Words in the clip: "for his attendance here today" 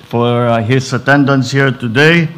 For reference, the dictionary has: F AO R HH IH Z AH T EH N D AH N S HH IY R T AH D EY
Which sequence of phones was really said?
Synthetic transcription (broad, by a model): F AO R HH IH S AH T EH N D AH N S HH IY R T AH D EY